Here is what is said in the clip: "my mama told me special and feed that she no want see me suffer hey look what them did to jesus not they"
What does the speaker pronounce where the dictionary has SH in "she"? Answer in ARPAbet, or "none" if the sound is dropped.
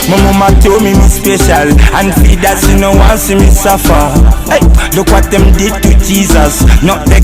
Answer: S